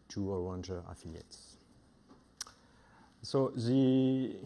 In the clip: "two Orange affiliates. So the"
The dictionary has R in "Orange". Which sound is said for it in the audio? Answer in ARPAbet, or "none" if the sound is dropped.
W